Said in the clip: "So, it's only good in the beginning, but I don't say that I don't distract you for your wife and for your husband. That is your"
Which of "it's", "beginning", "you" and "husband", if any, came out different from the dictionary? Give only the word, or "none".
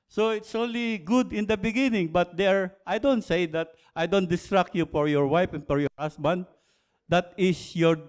husband